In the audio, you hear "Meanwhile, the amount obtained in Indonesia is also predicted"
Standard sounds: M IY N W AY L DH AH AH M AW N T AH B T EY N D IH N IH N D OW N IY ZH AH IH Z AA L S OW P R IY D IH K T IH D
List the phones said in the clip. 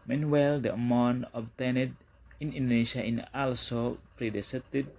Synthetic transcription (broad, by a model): M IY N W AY L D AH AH M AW N AH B T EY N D IH N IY N D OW N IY SH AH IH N AA L S OW P R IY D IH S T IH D